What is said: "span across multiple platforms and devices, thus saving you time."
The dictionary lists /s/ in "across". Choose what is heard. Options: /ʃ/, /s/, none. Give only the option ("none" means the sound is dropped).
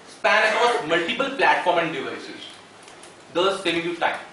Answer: none